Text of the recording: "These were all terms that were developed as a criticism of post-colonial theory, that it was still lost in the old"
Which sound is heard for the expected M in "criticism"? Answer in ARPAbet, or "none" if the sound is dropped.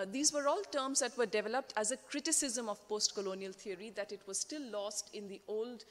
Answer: M